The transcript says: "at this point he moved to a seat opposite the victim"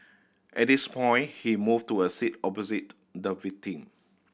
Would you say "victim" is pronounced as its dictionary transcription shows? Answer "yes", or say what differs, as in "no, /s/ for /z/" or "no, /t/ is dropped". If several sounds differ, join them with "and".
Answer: no, /k/ is dropped